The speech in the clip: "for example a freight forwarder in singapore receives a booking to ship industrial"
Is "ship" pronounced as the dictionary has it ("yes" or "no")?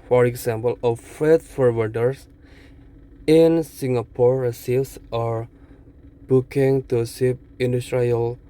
no